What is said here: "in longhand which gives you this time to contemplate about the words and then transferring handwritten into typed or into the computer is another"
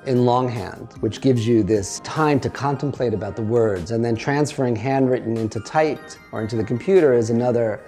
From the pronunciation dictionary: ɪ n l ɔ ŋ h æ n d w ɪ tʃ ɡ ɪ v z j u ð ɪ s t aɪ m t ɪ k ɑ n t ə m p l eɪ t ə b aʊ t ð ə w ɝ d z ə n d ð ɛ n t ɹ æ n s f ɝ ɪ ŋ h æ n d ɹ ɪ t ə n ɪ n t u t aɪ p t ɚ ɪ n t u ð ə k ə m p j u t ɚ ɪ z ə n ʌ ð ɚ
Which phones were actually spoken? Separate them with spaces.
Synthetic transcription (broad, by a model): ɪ n l ɔ ŋ h æ n d w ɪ tʃ ɡ ɪ v z j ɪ ð ɪ s t aɪ m t ɪ k ɑ n t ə m p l eɪ t ə b aʊ t ð ə w ɝ d z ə n ð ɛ n t ɹ æ n s f ɝ ɪ ŋ h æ n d ɹ ɪ t n ɪ n t u t aɪ t ɚ ɪ n t u ð ə k m p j u t ɚ ɪ z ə n ʌ ð ɚ